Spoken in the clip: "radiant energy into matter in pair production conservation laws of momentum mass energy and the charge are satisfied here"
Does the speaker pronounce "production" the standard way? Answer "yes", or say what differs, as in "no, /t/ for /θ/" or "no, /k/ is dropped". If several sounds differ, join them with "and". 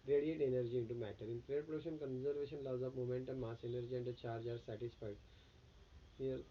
no, /k/ is dropped